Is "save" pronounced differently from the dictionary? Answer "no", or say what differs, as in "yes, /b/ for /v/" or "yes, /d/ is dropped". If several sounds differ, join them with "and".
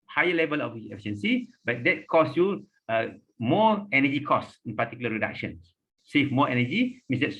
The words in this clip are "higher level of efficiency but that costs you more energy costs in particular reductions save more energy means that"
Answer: yes, /f/ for /v/